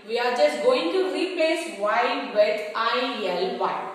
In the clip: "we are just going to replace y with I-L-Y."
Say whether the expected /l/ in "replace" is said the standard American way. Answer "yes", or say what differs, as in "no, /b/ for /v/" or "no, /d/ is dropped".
no, /l/ is dropped